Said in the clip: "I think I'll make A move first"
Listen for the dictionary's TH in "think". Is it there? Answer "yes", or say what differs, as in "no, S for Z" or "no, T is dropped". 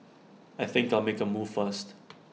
yes